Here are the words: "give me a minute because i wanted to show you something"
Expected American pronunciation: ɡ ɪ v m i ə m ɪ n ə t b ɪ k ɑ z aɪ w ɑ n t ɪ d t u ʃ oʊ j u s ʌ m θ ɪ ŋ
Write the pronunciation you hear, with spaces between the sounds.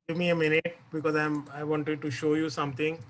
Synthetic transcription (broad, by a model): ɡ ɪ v m i ə m ɪ n ə t b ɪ k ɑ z aɪ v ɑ n t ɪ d t u ʃ oʊ j u s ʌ m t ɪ ŋ